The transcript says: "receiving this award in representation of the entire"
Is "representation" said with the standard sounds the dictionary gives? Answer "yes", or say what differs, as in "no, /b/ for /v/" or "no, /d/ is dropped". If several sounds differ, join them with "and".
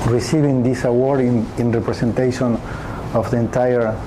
no, /s/ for /z/